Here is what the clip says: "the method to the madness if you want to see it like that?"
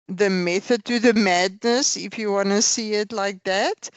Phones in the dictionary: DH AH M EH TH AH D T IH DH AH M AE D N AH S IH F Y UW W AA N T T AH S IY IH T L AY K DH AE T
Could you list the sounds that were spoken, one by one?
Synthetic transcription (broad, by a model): DH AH M EH TH AH D T IH DH AH M AE D N AH S IH F Y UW W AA N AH S IY IH T L AY K DH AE T